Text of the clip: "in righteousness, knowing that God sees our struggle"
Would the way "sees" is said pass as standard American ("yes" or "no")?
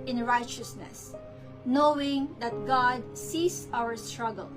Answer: no